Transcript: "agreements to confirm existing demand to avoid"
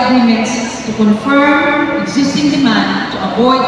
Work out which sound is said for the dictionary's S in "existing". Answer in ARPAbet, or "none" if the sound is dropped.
S